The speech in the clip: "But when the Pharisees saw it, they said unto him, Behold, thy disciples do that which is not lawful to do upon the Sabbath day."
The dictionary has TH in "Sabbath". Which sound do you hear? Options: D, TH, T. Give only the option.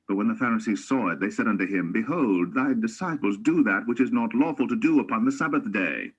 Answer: TH